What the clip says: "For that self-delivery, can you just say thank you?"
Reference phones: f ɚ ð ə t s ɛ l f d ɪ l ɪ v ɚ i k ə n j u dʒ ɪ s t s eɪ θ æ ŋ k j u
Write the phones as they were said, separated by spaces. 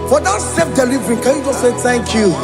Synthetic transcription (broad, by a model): f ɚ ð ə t s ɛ f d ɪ l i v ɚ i k ə n j u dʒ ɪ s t s eɪ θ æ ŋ k j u